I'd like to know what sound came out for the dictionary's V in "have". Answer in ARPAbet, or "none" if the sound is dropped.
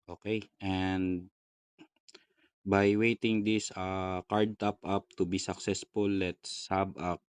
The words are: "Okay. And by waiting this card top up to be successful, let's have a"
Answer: B